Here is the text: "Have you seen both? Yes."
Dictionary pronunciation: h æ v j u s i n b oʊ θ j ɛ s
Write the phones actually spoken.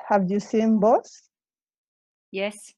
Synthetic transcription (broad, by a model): h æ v j u s i n b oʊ s j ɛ s